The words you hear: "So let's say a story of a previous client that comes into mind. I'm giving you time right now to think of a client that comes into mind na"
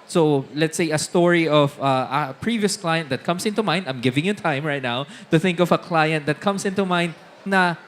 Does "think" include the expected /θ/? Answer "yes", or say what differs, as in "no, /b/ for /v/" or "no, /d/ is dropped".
yes